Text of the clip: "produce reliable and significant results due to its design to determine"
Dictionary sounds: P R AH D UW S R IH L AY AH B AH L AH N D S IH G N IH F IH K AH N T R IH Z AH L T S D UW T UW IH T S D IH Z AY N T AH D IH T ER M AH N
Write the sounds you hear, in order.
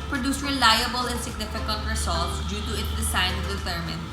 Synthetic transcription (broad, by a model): P R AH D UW S R IH L AY AH B AH L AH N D S IH G N IH F IH K AH N T R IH S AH L T S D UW T UW IH T S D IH S AY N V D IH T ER M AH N